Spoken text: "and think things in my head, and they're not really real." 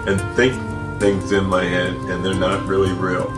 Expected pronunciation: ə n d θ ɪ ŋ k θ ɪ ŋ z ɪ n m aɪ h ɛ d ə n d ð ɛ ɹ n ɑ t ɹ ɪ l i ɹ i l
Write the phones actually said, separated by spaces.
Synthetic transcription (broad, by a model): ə n θ ɪ ŋ k θ ɪ ŋ z ɪ n m aɪ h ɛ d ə n ð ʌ ɹ n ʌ t ɹ ɪ l i ɹ i l